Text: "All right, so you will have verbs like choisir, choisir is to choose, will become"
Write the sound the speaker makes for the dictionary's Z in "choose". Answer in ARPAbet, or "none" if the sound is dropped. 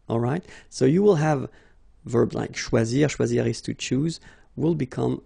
Z